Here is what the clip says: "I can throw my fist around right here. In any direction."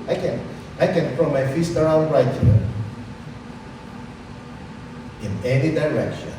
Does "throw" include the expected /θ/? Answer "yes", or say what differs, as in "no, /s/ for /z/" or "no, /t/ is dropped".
no, /f/ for /θ/